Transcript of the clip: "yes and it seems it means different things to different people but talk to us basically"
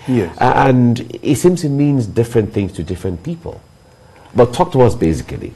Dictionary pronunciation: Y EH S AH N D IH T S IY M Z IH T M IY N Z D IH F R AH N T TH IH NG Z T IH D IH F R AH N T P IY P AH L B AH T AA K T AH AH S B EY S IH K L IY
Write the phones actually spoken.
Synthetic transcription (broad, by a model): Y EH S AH N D IH T S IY M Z IH T M IY N Z D IH F R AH N TH IH NG Z T IH D IH F R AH N P IY P AH L B AH T AA K T AH AH S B EY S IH K L IY